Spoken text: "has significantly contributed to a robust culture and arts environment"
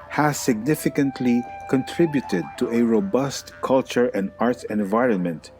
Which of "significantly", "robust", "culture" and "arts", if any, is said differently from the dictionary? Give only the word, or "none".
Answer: arts